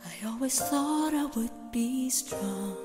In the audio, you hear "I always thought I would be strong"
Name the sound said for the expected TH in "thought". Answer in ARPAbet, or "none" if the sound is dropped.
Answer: TH